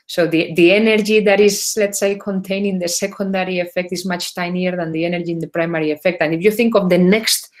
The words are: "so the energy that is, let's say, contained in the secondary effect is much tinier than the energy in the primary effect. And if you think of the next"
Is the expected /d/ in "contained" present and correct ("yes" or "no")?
no